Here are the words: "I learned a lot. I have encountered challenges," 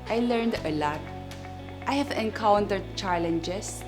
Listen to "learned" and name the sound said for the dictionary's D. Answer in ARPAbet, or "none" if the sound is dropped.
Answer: D